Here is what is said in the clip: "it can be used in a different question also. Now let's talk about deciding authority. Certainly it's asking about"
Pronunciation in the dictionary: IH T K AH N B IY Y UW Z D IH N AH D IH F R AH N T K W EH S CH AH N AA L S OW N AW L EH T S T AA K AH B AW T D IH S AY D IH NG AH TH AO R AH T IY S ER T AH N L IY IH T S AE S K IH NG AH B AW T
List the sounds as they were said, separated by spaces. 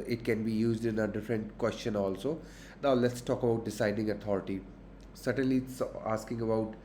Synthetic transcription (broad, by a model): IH T K AH N B IY Y UW Z D IH N AH D IH F R AH N T K W EH S CH AH N AA L S OW N AW L EH T S T AA K AH B AW T D IH S AY D IH NG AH T AO R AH T IY S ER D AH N L IY IH T S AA S K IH NG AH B AW T